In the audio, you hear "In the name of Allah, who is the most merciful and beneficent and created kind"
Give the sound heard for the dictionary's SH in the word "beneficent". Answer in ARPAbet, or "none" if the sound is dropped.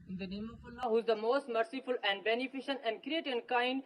SH